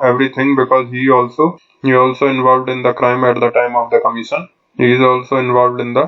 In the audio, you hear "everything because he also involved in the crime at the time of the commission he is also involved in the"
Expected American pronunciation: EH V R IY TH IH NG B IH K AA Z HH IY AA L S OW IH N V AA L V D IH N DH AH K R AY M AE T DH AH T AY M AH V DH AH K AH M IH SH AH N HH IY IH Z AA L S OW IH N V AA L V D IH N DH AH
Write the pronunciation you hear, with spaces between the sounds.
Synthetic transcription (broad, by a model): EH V R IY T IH NG B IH K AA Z HH IY AA L S OW IH N V AA L V D IH N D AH K R AY M AE T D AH T AY M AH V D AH K AH M IH SH AH N HH IY IH Z AA L S OW IH N V AA L V D IH N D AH